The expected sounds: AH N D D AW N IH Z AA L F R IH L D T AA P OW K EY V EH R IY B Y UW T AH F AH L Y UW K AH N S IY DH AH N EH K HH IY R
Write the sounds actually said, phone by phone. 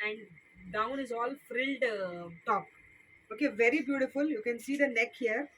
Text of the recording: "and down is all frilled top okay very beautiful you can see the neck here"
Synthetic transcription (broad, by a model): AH N D D AW N IH Z AA L F R IH L D T AA P OW K EY V EH R IY B Y UW T AH F AH L Y UW K AH N S IY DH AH N EH K HH IY R